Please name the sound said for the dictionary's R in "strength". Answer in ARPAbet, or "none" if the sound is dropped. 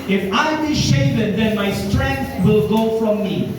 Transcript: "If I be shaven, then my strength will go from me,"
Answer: R